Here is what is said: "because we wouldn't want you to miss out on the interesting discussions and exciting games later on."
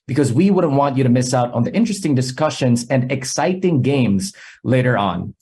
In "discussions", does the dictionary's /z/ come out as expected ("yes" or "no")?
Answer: yes